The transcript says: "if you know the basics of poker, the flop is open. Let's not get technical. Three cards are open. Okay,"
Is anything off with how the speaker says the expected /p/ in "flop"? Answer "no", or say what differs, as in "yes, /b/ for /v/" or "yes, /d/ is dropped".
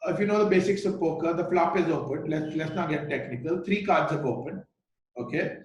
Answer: no